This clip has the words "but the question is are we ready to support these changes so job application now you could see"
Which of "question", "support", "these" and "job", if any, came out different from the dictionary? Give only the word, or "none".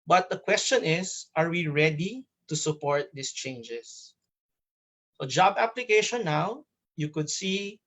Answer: these